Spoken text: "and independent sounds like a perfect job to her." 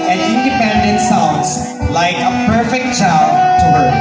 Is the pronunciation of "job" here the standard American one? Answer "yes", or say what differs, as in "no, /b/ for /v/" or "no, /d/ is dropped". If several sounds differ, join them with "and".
no, /tʃ/ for /dʒ/